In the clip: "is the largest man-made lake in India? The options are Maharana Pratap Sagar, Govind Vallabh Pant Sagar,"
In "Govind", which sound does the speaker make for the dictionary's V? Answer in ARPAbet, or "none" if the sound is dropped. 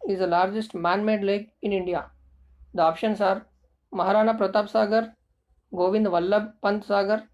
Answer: V